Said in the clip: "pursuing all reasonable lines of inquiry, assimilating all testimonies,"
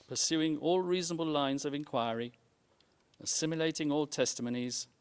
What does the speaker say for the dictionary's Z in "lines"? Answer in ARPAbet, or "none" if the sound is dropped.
Z